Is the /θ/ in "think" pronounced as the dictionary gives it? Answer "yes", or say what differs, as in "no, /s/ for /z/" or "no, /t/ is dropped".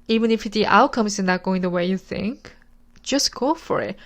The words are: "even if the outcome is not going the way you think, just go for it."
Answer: yes